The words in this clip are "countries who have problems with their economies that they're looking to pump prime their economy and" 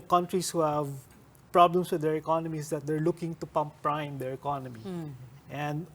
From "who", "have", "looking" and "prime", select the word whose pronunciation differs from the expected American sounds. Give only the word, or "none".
none